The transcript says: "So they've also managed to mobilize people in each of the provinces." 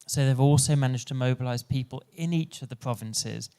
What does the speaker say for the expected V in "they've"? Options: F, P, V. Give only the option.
V